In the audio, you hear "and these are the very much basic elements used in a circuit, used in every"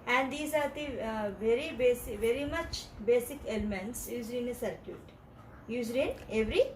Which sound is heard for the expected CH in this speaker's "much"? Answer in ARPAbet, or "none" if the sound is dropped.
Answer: CH